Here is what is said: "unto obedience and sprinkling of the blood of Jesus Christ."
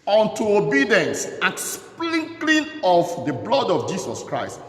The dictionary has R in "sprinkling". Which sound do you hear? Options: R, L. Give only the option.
L